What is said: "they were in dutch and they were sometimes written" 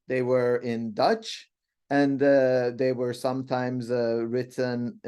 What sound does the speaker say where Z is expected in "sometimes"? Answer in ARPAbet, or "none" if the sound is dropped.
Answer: Z